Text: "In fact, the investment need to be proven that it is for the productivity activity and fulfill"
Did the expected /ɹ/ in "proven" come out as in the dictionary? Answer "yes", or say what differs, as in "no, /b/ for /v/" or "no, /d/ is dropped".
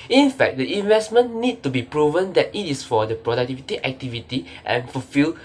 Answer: yes